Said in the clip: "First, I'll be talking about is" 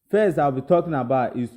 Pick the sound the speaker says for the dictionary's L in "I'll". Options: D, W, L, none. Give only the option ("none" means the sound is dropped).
W